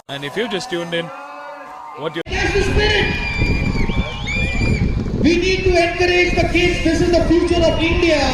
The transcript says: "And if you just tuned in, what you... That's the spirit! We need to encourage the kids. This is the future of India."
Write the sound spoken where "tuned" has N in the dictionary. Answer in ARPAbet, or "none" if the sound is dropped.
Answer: N